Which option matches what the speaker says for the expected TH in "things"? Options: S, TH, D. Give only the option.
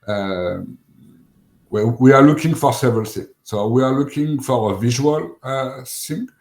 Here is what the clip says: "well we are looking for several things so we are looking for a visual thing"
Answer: S